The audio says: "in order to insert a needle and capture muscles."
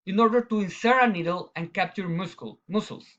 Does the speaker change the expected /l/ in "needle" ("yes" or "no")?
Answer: no